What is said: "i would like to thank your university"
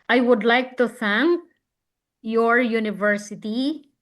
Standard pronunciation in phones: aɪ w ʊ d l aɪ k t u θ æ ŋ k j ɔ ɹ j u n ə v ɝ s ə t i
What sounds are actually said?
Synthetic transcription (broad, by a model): aɪ w ʊ d l aɪ k t u θ æ ŋ k j ɔ ɹ j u n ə v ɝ s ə t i